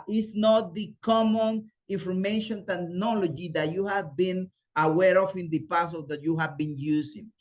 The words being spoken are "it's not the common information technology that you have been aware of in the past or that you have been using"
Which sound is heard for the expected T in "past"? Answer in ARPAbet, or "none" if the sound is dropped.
none